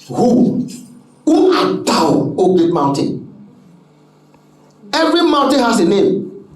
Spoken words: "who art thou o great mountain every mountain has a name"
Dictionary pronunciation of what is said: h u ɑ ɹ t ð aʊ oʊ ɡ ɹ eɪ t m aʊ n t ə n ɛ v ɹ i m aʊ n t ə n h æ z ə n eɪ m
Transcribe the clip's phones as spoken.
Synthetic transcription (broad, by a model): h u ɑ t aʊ oʊ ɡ eɪ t m aʊ n t ə n ɛ v ɹ i m aʊ n t ə n h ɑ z ə n eɪ m